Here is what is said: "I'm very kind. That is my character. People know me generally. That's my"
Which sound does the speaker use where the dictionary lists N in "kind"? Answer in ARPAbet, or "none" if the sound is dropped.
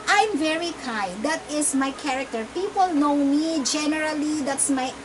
none